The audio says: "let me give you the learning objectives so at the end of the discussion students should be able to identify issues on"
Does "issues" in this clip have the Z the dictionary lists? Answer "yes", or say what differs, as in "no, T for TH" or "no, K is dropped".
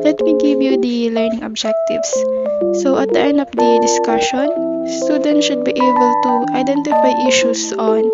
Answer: no, S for Z